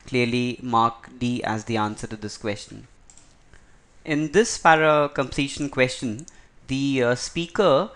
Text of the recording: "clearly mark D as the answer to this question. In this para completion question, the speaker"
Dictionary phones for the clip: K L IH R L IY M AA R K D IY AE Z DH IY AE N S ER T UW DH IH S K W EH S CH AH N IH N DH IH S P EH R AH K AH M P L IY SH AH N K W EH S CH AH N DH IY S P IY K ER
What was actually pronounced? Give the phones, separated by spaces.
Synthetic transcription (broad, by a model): K L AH R L IY M AA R K D IY AE Z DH IY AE N S ER T UW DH IH S K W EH S CH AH N IH N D IH S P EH R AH K AH M P L IY SH AH N K W EH S CH AH N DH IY S P IY K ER